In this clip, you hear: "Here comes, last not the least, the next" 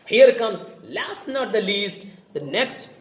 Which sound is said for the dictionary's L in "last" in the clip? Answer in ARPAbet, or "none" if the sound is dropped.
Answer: L